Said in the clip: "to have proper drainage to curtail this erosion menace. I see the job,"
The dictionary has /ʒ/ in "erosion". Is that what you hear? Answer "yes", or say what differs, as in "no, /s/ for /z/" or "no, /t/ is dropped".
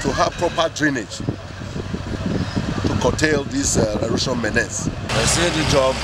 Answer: no, /ʃ/ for /ʒ/